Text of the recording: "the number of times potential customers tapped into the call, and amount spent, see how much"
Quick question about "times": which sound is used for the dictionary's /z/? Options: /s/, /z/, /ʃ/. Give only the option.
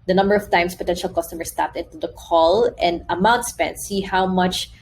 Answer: /s/